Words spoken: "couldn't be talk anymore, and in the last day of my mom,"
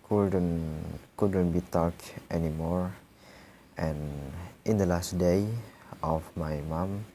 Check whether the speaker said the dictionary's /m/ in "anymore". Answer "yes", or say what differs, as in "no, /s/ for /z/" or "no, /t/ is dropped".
yes